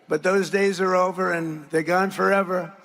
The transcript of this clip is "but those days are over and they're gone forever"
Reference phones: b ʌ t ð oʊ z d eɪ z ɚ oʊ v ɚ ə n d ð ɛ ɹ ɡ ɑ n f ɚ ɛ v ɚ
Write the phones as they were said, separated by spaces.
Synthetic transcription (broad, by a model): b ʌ t ð oʊ z d eɪ z ɚ oʊ v ɚ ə n ð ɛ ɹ ɡ ɑ n f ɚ ɛ v ɚ